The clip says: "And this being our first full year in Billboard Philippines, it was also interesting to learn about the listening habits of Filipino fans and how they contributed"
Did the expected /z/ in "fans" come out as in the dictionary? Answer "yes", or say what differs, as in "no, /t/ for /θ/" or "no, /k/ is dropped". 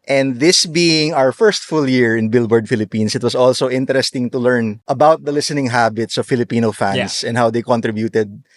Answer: no, /s/ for /z/